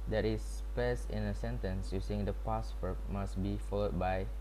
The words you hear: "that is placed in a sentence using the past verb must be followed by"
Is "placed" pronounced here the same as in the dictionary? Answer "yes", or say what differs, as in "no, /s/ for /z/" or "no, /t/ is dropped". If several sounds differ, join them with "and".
no, /l/ is dropped and /t/ is dropped